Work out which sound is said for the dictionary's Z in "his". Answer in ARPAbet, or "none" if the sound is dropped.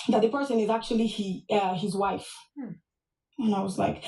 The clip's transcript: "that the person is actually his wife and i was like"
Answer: Z